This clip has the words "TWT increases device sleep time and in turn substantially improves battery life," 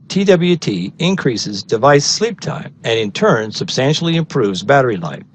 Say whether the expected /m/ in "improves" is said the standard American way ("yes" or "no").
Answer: yes